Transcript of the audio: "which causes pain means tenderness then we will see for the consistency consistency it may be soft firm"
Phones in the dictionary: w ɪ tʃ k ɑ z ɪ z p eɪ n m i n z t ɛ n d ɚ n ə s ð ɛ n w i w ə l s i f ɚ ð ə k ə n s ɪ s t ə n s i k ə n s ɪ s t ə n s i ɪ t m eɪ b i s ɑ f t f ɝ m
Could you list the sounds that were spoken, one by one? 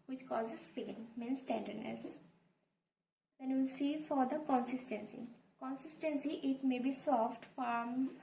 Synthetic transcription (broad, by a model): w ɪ tʃ k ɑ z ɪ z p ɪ l m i n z t ɛ n d ɚ n ə s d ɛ n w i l s i f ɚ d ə k ə n s ɪ s t ə n s i k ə n s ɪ s t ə n s i ɪ t m eɪ b i s ɑ f t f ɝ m